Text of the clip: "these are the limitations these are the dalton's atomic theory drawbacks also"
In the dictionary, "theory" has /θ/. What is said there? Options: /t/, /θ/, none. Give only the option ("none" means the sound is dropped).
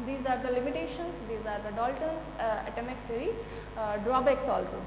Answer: /t/